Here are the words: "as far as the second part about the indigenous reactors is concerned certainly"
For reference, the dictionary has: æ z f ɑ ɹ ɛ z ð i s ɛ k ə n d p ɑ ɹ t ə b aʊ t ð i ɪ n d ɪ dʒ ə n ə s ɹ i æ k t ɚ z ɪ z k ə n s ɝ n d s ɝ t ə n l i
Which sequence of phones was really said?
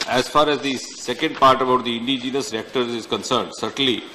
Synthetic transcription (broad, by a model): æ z f ɑ ɹ ɛ z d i s ɛ k ə n d p ɑ ɹ t ə b aʊ t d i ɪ n d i dʒ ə n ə s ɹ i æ k t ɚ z ɪ z k ə n s ɝ n d s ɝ t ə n l i